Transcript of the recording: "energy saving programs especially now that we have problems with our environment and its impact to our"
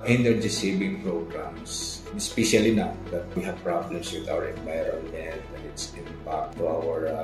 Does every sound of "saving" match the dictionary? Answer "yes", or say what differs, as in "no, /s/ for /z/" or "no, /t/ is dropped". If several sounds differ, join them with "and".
no, /b/ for /v/